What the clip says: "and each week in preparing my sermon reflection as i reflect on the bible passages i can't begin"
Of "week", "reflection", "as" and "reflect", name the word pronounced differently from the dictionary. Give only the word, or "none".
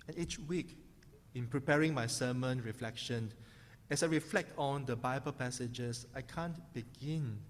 as